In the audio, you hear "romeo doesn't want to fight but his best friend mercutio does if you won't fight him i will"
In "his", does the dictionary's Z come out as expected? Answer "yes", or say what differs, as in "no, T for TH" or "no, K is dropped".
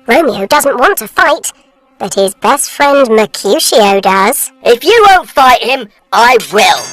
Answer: yes